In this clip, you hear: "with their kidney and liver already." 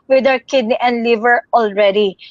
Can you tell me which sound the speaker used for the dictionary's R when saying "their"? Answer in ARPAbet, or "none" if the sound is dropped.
W